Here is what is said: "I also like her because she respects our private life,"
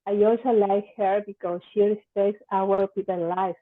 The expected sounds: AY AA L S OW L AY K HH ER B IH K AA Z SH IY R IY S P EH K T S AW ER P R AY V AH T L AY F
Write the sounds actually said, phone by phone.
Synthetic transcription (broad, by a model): AY AA L S OW L AY K HH ER B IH K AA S SH IY R IY S P EH K T S AW ER P IY P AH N L AY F